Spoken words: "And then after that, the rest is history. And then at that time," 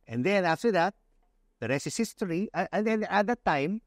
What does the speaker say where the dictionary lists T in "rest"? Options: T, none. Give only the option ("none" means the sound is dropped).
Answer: none